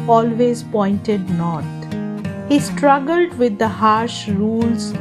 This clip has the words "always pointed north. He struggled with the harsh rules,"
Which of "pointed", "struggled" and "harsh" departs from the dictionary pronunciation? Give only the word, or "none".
none